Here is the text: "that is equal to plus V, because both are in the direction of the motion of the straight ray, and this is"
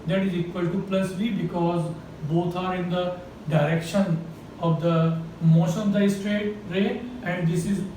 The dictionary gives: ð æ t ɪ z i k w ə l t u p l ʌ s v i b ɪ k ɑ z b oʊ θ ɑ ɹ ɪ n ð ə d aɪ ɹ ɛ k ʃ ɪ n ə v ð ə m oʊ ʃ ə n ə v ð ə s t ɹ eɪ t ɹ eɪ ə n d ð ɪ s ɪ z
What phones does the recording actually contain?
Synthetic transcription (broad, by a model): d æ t ɪ z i k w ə l t u p l ʌ s v i b ɪ k ɑ z b oʊ t ɑ ɹ ɪ n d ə d aɪ ɹ ɛ k ʃ ɪ n ə v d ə m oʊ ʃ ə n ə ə s t ɹ eɪ t ɹ eɪ ə n d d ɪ s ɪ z